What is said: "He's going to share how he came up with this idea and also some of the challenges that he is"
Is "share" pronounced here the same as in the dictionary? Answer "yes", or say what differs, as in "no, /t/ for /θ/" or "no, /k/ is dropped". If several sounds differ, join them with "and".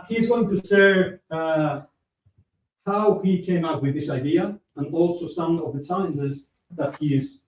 no, /s/ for /ʃ/